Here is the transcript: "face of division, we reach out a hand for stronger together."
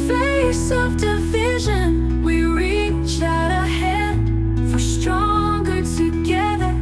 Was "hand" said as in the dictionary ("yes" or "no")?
no